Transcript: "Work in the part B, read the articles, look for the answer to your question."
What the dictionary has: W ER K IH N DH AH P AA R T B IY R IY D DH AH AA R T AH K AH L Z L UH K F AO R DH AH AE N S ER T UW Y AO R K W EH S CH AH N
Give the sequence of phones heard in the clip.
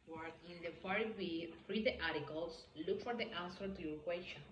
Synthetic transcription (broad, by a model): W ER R IH N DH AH F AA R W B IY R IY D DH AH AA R T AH K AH L S L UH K F AO R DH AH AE N S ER T UW Y AO R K W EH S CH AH N